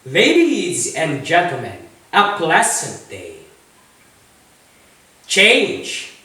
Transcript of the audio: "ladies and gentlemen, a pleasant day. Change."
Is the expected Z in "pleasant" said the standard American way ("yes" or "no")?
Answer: no